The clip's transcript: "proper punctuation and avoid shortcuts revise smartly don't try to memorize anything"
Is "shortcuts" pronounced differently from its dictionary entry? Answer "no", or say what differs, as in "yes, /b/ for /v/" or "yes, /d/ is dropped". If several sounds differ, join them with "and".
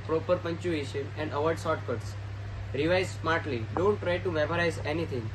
yes, /s/ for /ʃ/